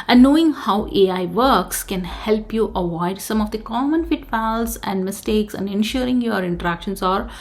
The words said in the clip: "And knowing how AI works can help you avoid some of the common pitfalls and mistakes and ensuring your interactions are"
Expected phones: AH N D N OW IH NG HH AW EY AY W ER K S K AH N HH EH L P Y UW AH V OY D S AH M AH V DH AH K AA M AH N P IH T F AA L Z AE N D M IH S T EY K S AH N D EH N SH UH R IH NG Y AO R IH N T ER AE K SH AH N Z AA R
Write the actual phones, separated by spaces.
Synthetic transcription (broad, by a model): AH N N OW IH NG HH AW EY AY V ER K S K AH N HH EH L P Y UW AH V OY D S AH M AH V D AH K AA M AH N F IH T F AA L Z AE N D M IH S T EY K S AH N D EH N SH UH R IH NG Y AO R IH N T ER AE K SH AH N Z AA R